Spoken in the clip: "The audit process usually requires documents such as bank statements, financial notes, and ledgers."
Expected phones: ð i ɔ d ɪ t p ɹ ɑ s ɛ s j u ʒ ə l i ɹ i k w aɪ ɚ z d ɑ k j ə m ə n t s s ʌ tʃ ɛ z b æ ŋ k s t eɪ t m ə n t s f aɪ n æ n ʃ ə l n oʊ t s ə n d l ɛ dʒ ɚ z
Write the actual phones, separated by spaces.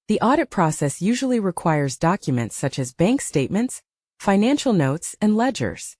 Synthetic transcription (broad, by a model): ð i ɔ d ɪ t p ɹ ɑ s ɛ s j u ʒ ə l i ɹ i k w aɪ ɚ z d ɑ k j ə m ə n t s s ʌ tʃ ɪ z b æ ŋ k s t eɪ t m ə n t s f aɪ n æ n ʃ l n oʊ t s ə n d l ɛ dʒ ɚ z